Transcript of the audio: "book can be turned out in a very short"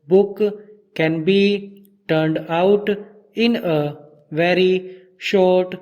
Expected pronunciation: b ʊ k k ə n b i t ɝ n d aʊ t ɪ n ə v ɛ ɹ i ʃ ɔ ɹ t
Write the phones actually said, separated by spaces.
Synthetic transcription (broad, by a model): b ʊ k k ə n b i t ɝ n d aʊ t ɪ n ə v ɛ ɹ i ʃ ɔ ɹ t